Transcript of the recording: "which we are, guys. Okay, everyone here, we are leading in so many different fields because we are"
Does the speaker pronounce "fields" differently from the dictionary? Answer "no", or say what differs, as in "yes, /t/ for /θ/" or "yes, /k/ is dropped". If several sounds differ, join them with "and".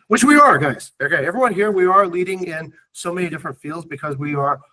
no